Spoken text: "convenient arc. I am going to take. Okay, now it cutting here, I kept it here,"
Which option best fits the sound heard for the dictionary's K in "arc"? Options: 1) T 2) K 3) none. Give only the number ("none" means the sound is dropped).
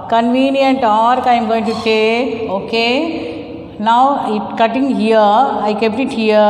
2